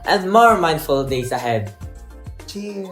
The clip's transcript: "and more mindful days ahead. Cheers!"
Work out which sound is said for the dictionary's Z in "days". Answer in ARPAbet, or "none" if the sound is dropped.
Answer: S